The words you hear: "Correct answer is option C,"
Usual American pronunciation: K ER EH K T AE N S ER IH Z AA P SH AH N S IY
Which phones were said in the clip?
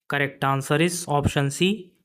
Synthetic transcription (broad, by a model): K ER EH K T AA N S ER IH S AA P SH AH N S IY